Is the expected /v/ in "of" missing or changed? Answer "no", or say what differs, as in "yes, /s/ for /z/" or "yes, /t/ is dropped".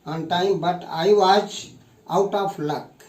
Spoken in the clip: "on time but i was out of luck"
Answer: yes, /p/ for /v/